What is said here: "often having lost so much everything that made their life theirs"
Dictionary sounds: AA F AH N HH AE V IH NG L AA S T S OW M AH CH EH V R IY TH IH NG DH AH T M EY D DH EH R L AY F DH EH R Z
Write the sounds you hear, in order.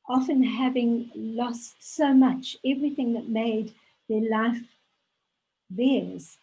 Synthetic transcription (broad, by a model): AA F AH N HH AE V IH NG L AA S T S OW M AH CH EH V R IY TH IH NG DH AH T M EY D DH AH R L AY F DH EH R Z